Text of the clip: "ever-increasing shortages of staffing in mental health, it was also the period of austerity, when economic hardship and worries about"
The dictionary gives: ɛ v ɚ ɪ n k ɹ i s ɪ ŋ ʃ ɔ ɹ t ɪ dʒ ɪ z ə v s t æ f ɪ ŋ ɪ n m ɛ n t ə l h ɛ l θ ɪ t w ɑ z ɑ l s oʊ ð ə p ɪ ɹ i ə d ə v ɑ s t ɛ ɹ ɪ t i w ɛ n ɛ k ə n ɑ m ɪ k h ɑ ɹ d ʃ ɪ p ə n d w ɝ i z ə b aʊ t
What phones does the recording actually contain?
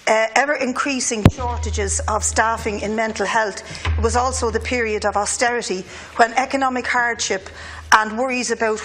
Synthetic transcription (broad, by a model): ɛ v ɚ ɪ n k ɹ i s ɪ ŋ ʃ ɔ ɹ t ɪ dʒ ɪ z ə v s t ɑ f ɪ ŋ ɪ n m ɛ n t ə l h ɛ l θ ɪ t w ɑ z ɑ l s oʊ ð ə p ɪ ɹ i ə d ə v ɑ s t ɛ ɹ ɪ t i w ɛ n ɛ k ə n ɑ m ɪ k h ɑ ɹ d ʃ ɪ p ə n w ɝ i z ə b aʊ t